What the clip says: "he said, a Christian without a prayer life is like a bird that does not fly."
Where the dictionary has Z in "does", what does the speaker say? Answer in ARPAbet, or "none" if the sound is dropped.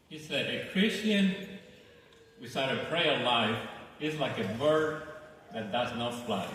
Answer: Z